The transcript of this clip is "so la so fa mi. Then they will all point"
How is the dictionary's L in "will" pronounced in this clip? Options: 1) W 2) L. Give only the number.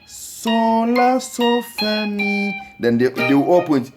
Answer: 1